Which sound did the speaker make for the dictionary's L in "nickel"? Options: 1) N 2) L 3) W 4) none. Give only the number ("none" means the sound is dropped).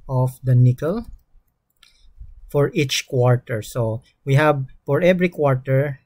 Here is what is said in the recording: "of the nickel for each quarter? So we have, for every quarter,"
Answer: 2